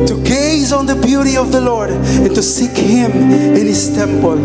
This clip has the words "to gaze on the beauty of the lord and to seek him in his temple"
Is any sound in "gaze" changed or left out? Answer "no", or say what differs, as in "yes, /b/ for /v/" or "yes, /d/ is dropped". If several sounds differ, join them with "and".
no